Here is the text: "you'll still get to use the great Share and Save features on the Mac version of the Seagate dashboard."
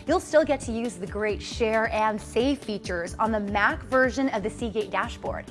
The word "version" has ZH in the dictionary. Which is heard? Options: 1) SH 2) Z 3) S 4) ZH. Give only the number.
4